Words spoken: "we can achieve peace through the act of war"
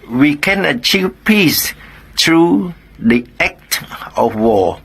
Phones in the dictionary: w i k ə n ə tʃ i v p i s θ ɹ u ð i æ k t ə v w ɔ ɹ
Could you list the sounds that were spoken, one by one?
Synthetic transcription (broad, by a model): w i k ə n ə tʃ i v p i s t ɹ u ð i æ k t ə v w ɔ